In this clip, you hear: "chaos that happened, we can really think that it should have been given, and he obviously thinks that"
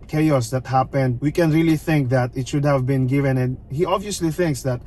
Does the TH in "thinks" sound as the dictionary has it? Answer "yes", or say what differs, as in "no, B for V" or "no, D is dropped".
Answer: yes